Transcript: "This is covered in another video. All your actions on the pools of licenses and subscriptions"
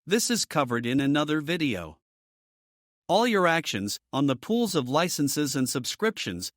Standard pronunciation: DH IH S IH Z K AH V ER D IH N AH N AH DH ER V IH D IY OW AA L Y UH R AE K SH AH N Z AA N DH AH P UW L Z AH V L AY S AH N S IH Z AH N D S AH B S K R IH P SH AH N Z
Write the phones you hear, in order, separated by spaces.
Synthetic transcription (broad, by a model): DH IH S IH Z K AH V ER D IH N AH N AH DH ER V IH D IY OW AA L Y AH R AE K SH AH N Z N DH AH P UW L Z AH V L AY S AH N S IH Z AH N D S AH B S K R IH P SH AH N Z